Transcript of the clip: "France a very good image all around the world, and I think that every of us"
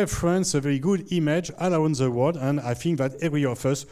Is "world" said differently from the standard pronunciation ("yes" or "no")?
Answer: yes